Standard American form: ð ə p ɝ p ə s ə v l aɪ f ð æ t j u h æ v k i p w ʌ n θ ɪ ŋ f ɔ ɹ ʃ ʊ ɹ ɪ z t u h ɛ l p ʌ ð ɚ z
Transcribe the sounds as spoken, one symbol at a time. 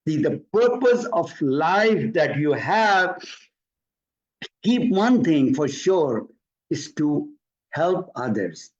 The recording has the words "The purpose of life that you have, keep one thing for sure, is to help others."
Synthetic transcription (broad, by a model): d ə p ɝ p ə s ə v l aɪ f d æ t j u h æ v k i p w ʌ n t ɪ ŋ f ɔ ɹ ʃ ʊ ɹ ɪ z t u h ɛ l p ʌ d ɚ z